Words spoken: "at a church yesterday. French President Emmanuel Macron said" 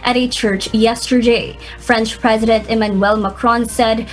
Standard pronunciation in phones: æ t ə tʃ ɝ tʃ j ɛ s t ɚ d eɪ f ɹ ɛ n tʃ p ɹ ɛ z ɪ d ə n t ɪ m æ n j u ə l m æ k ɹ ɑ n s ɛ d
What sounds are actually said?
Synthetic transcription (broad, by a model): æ t ə tʃ ɝ tʃ j ɛ s t ɚ d eɪ f ɹ ɛ n tʃ p ɹ ɛ z ɪ d ə n t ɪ m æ n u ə l m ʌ k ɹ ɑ n s ɛ d